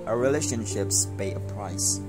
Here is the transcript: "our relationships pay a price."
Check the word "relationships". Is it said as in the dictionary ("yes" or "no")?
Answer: yes